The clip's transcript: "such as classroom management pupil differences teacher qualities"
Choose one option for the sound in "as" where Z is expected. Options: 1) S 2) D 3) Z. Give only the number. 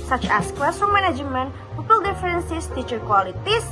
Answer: 1